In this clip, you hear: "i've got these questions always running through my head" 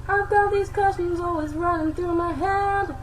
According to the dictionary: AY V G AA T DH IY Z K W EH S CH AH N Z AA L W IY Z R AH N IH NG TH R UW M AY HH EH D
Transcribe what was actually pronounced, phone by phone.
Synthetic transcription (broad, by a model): AY V G AA T DH IY Z K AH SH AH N Z AA L W IY Z R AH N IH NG TH R UW M AY HH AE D